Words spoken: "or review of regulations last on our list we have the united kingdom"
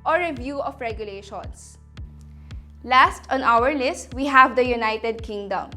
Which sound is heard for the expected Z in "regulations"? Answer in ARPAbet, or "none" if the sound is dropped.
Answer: S